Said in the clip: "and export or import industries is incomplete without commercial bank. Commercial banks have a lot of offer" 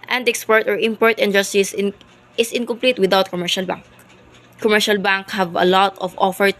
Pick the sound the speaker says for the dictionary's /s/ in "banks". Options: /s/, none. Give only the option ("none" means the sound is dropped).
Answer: none